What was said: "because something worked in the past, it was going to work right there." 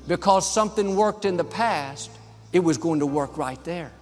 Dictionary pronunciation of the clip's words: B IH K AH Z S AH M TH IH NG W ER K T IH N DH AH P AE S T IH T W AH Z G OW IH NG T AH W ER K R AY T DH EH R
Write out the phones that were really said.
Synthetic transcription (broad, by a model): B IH K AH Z S AH M TH IH NG W ER K T IH N DH AH P AE S T IH T W AH Z G OW IH NG T AH W ER K R AY T DH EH R